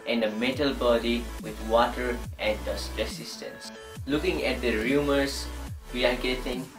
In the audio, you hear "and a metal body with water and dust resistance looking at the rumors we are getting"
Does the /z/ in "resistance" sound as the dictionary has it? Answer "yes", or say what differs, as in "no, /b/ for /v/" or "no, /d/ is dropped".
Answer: no, /s/ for /z/